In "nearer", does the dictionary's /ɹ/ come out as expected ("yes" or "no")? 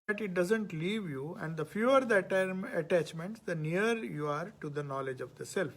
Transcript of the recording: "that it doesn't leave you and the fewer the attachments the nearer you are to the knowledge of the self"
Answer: no